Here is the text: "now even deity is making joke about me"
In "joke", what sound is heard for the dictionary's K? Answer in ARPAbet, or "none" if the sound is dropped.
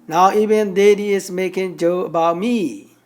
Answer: none